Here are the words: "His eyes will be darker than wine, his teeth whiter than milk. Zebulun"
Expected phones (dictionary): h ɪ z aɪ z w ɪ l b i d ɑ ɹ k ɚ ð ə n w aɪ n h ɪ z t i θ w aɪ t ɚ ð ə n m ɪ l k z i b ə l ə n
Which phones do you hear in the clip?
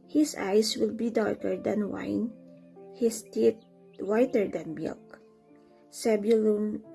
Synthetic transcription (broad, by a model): h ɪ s aɪ s w ɪ l b i d ɑ ɹ k ɚ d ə n w aɪ n h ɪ s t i t w aɪ t ɚ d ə n m ɪ l k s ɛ b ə l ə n